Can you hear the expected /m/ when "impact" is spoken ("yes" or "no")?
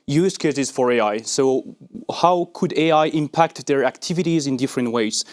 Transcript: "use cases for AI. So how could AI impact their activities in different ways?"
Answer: yes